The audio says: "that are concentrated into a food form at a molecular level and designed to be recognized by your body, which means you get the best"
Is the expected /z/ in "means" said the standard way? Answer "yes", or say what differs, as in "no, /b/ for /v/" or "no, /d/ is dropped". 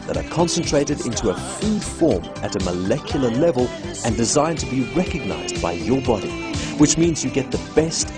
yes